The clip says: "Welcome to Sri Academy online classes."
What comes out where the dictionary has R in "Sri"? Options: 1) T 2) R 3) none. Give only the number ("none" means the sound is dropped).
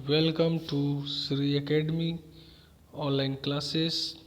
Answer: 2